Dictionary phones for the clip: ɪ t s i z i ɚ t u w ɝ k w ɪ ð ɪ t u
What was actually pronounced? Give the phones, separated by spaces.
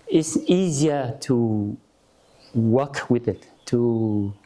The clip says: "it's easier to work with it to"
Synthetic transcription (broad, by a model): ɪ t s i z i ɚ t u w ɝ k w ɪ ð ɪ t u